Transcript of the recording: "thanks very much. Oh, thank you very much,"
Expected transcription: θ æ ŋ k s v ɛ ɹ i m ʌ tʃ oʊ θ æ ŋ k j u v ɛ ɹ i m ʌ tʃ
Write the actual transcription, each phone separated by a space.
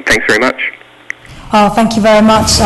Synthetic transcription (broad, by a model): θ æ ŋ k s v ɛ ɹ i m ʌ tʃ oʊ θ æ ŋ k j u v ɛ ɹ i m ʌ tʃ